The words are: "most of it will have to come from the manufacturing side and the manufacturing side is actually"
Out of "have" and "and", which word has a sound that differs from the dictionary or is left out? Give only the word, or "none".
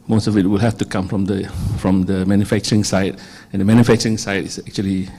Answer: have